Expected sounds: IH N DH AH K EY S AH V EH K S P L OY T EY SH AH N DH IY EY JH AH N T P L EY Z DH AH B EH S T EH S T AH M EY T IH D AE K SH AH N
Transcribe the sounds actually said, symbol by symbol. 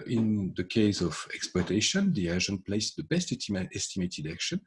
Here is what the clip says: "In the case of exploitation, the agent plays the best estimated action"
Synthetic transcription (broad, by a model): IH N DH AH K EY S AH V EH K S P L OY T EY SH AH N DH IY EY ZH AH N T P L EY S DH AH B EH S T EH S T AH M EY T IH D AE K SH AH N